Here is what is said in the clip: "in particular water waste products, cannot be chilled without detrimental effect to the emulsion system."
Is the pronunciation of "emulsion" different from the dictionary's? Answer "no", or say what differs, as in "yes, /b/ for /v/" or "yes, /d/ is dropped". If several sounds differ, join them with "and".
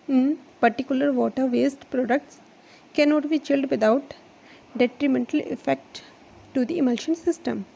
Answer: no